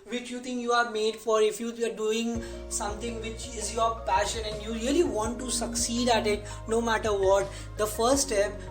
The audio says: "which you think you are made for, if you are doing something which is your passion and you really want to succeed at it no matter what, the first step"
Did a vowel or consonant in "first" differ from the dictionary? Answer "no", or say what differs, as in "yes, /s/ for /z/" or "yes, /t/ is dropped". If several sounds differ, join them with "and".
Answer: yes, /s/ is dropped